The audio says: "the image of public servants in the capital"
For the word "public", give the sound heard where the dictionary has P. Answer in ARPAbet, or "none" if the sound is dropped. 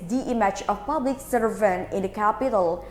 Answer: P